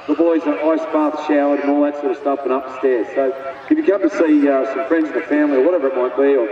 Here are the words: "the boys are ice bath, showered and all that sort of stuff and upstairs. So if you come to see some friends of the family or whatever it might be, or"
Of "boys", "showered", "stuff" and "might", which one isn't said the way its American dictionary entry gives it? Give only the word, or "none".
stuff